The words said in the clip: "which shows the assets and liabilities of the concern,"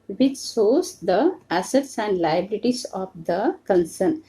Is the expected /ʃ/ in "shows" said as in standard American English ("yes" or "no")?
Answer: no